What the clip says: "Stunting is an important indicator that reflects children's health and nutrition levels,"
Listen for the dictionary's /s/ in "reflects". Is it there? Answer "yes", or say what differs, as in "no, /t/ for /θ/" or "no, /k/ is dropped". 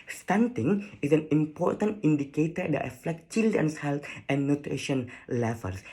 no, /s/ is dropped